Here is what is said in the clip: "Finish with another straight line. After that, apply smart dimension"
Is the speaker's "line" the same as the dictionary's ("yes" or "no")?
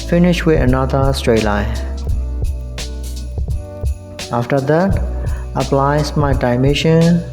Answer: no